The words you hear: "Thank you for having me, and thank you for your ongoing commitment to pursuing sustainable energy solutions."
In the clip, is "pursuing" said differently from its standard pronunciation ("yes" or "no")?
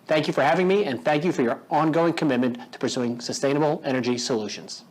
no